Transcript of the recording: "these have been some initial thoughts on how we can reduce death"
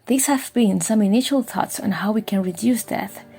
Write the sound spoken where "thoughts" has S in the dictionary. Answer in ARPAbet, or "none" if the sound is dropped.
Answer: S